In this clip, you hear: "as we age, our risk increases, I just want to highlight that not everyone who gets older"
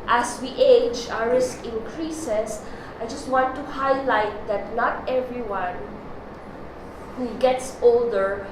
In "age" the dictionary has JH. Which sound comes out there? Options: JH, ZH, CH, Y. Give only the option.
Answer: JH